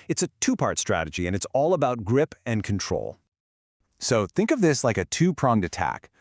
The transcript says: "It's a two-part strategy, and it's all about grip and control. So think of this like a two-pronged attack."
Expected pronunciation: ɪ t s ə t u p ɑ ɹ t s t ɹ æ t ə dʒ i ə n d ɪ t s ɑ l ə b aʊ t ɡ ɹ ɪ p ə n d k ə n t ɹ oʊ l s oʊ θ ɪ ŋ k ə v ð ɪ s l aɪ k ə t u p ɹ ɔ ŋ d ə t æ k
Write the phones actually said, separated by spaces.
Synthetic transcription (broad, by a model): ɪ t s ə t u p ɑ ɹ t s t ɹ æ t ə dʒ i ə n ɪ t s ɑ l ə b aʊ t ɡ ɹ ɪ p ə n k n t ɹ oʊ l s oʊ θ ɪ ŋ k ə v ð ɪ s l aɪ k ə t u p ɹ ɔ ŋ d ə t æ k